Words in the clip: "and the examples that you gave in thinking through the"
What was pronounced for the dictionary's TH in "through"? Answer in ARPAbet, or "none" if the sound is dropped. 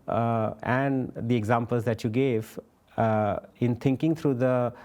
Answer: T